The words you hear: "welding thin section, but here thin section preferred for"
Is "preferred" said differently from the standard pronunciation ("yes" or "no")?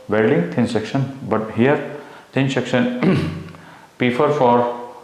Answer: yes